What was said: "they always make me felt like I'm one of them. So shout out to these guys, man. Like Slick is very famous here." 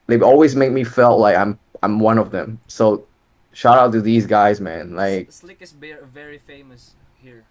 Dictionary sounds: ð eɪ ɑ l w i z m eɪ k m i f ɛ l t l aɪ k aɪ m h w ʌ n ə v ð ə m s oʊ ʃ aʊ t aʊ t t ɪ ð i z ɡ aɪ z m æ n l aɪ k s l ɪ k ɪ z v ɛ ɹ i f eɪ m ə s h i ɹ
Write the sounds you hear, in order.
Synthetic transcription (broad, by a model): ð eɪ ɑ l w i z m eɪ k m i f ɛ l t l aɪ k aɪ m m w ʌ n ə v ð ə m s oʊ ʃ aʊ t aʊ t t ɪ ð i z ɡ aɪ z m æ n l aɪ ɪ k v ɛ ɹ i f eɪ m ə s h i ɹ